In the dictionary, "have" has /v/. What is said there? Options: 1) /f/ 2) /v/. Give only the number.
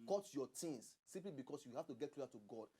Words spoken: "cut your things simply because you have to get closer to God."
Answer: 1